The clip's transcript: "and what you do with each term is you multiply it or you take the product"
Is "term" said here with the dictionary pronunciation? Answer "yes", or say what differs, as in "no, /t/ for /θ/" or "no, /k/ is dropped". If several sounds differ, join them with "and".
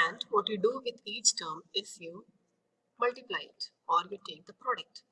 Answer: yes